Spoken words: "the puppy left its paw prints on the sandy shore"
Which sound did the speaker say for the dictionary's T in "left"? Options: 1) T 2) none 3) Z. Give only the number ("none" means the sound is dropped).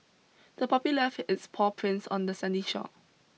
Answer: 2